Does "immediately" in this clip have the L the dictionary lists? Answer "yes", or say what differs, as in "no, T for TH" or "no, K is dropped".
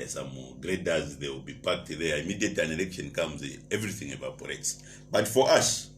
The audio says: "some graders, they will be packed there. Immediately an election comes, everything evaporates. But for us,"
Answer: no, L is dropped